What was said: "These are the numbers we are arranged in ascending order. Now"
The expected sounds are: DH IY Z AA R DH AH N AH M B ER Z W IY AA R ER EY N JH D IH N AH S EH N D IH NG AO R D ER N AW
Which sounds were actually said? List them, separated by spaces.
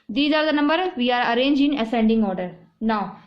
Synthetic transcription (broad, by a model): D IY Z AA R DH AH N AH M B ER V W IY AA R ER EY N JH IH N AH S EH N D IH NG AO R D ER N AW